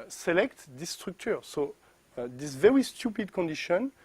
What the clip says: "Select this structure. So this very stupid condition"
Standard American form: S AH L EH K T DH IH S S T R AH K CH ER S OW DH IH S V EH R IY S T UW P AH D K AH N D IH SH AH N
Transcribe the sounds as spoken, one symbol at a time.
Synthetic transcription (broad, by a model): S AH L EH K T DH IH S S T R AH K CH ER S OW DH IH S V EH R IY S T UW P AH D K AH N D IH SH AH N